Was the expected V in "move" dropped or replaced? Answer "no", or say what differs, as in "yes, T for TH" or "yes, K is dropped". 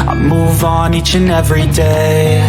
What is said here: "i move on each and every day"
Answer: no